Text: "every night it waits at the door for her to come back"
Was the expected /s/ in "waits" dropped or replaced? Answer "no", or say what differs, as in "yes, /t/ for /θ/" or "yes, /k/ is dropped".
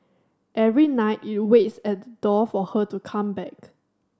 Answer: no